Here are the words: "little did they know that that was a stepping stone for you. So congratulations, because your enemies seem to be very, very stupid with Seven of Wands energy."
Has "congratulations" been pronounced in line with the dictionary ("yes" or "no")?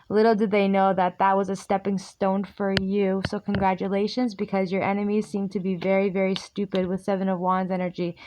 yes